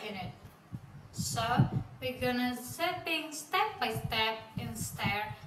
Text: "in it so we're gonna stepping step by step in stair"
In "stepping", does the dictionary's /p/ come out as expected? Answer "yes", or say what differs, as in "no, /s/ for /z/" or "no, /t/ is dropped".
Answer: no, /p/ is dropped